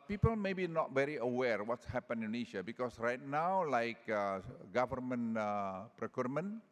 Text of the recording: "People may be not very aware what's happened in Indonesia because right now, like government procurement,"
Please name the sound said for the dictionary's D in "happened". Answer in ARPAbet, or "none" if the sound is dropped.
none